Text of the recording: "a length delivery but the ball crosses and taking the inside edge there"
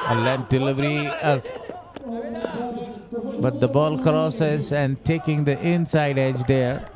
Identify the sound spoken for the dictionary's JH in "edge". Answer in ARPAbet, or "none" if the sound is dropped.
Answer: JH